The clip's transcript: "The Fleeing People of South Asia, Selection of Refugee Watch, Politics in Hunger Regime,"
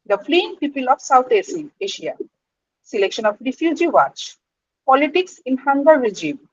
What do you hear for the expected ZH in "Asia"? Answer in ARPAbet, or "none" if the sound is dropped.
S